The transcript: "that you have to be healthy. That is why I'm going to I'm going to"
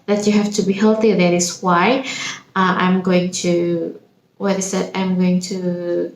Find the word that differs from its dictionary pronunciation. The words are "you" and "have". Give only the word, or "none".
have